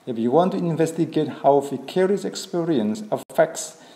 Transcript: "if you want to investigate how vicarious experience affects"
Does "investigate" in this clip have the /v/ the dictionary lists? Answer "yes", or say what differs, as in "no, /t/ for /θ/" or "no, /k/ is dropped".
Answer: yes